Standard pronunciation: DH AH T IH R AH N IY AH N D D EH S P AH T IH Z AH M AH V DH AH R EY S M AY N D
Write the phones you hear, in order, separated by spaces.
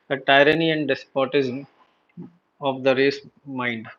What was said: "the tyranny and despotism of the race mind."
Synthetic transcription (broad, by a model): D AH T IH R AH N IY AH N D D EH S P AH T IH Z AH M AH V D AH R EY S M AY N D